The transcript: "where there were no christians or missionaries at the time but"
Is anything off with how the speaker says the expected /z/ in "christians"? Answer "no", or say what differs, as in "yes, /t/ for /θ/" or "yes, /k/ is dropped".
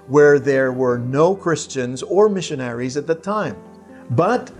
no